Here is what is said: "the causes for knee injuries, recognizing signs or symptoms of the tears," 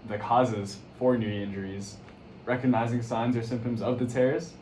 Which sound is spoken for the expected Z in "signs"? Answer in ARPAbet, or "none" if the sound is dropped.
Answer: Z